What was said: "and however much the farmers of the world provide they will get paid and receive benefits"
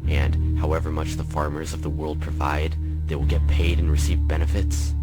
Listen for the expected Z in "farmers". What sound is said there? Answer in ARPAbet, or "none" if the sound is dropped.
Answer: Z